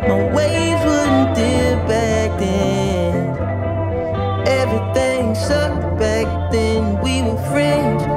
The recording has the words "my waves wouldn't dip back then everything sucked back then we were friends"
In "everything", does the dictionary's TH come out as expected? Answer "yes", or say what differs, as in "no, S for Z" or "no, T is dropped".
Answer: yes